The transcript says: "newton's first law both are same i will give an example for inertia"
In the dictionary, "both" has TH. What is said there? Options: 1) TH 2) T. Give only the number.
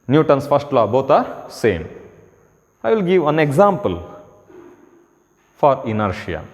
2